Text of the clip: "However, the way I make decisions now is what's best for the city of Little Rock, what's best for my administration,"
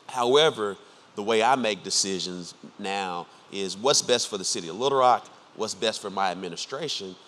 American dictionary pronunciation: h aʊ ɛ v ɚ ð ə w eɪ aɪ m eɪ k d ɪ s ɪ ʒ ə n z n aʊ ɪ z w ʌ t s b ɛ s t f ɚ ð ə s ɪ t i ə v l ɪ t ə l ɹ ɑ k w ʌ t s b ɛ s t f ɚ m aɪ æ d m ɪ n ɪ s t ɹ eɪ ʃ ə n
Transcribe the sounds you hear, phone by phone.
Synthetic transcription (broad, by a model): h aʊ ɛ v ɚ ð ə w eɪ aɪ m eɪ k d ɪ s ɪ ʒ ə n z n aʊ ɪ z w ʌ t s b ɛ s t f ɚ ð ə s ɪ t i ə v l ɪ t ə ɹ ɑ k w ʌ t s b ɛ s t f ɚ m aɪ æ d m ɪ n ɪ s t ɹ eɪ ʃ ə n